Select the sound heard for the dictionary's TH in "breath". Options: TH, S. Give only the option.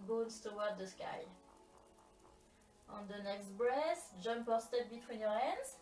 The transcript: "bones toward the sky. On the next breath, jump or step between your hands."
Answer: S